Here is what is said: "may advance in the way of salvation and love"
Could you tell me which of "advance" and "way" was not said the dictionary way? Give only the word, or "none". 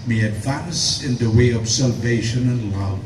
none